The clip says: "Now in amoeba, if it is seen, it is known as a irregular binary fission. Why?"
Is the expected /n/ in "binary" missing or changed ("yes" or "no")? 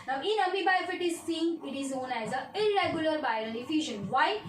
yes